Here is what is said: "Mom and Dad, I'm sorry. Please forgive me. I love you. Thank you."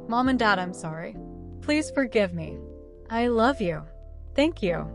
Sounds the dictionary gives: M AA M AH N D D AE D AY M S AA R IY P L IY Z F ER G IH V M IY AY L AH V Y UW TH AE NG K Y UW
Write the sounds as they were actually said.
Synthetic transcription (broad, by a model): M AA M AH N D D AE D AY M S AA R IY P L IY Z F ER G IH V M IY AY L AH V Y UW TH AE NG K Y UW